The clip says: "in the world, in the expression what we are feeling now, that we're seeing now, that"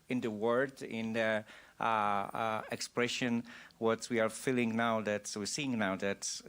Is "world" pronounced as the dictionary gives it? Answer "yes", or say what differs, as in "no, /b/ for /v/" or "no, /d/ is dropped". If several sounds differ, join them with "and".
no, /l/ is dropped